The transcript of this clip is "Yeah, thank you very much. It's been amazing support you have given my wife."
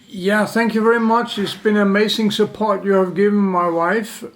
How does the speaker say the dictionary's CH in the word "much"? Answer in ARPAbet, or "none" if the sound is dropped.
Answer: CH